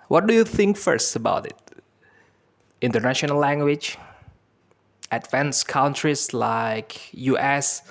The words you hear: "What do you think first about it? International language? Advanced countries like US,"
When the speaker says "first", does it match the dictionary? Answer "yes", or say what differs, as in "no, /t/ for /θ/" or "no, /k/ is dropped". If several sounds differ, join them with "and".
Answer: yes